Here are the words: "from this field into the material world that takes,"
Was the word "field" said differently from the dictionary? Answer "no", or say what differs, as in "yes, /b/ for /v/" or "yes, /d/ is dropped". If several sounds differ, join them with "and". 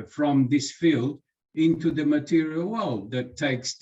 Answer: no